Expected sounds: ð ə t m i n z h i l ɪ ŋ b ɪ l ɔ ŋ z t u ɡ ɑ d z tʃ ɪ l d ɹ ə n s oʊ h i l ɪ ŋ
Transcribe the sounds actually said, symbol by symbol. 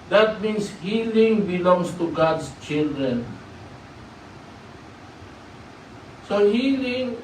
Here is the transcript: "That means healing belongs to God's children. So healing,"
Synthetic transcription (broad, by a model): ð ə t m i n s h i l ɪ ŋ b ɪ l ɔ ŋ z t u ɡ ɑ d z tʃ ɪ l d ɹ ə n s oʊ h i l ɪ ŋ